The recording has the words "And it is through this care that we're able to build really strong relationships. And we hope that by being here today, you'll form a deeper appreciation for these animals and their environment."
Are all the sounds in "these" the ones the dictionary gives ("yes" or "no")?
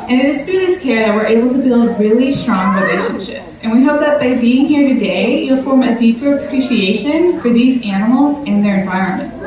yes